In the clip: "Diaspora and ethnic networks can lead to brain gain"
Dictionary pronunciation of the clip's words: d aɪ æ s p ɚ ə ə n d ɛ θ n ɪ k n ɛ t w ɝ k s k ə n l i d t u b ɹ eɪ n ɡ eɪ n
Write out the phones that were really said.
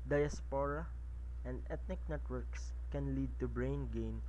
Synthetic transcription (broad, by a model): d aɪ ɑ s p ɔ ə ə n d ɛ t n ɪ k n ɛ t w ɝ k s k ə n l i d t u b ɹ eɪ n ɡ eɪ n